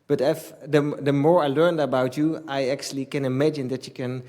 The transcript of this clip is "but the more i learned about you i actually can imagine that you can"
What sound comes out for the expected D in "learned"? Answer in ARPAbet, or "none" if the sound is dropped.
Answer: D